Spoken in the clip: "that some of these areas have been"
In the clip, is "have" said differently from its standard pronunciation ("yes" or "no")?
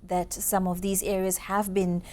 no